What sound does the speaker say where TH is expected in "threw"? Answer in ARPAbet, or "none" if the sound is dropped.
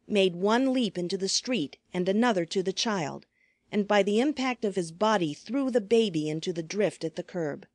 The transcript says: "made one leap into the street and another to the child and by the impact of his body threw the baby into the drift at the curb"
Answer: TH